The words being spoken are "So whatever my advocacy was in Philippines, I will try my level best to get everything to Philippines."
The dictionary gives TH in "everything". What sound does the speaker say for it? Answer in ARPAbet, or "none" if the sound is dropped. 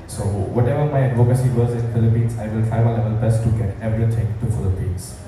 T